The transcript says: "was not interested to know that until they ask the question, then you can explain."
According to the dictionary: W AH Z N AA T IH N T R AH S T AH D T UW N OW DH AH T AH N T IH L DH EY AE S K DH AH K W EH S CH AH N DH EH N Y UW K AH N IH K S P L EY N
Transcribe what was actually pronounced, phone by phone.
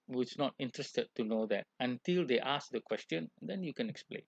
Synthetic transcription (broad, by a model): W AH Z N AA T IH N T R AH S T AH D T UW N OW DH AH T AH N T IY L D EY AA S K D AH K W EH S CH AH N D EH N Y UW K AH N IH K S P L EY N